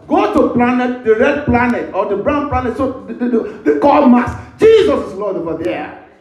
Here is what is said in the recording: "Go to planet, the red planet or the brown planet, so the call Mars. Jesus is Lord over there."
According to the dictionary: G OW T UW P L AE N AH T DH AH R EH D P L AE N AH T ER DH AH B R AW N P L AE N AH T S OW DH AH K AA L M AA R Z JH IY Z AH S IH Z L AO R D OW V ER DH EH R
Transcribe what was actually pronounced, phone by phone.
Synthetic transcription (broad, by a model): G OW T UW P L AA N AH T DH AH R EH D P L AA N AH T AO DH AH B R AW N P L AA N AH T S OW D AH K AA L M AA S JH IY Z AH S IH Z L AO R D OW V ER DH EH